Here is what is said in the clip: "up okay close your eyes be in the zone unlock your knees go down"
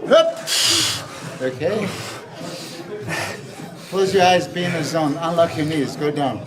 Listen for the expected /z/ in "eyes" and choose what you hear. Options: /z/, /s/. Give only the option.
/z/